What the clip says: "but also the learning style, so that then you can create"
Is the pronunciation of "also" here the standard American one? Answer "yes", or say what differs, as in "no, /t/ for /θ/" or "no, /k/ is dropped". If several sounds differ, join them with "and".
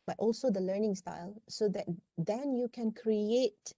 yes